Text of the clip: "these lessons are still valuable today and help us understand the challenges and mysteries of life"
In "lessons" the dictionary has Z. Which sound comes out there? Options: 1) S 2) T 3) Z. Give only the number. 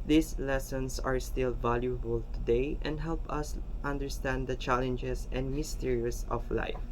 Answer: 1